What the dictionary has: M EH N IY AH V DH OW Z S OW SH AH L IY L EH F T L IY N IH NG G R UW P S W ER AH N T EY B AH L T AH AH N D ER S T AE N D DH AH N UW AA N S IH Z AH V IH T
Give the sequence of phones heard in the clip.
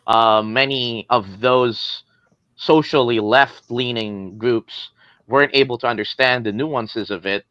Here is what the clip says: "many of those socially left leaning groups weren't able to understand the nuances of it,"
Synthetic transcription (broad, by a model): M EH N IY AH V DH OW Z S OW SH L IY L EH F T L IY N IH NG G R UW P S W ER AH N T EY B L T AH AH N D ER S T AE N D DH AH N UW AA N S IH Z AH V IH T